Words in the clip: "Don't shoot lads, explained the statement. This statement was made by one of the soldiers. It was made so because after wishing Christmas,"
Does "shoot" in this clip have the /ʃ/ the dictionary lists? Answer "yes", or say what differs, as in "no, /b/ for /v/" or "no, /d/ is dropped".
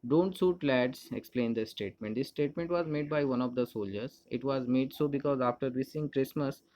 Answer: no, /s/ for /ʃ/